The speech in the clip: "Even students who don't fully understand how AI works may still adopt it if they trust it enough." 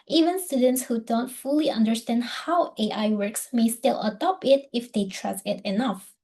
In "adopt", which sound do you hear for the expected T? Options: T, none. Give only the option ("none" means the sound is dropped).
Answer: none